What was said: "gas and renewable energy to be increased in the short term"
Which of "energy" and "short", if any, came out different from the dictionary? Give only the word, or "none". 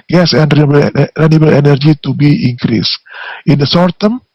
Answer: short